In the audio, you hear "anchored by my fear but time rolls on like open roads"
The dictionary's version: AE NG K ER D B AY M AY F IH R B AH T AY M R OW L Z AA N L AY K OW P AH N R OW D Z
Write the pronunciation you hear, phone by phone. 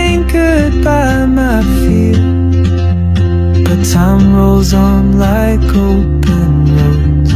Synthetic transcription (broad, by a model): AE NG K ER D B AY M AY F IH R B AH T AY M R OW L Z N L AY K OW P AH N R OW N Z